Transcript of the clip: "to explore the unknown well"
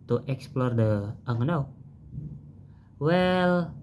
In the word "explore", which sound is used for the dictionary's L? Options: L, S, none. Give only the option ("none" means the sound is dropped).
L